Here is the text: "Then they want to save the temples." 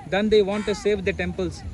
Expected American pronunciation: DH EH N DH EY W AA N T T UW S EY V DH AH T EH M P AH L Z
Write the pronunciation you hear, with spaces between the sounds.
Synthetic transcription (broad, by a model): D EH N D EY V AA N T T UW S EY V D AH T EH M P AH L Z